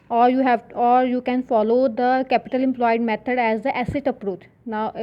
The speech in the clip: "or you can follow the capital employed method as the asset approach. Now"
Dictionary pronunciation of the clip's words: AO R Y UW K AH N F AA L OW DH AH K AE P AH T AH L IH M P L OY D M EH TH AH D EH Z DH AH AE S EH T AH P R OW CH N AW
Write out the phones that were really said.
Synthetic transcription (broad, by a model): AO R Y UW K AH N F AA L OW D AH K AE P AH T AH L IH M P L OY D M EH T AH D EH Z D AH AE S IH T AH P R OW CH N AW